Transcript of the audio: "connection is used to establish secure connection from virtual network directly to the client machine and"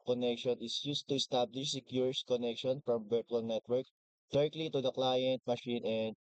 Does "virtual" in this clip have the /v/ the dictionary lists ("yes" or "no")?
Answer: no